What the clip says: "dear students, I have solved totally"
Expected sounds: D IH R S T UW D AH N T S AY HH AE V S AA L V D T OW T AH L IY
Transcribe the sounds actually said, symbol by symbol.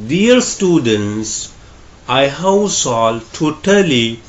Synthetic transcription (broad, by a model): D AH R S T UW D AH N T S AY HH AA W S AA L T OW T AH L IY